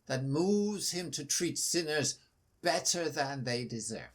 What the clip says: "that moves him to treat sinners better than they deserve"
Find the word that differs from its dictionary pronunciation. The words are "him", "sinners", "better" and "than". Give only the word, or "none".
none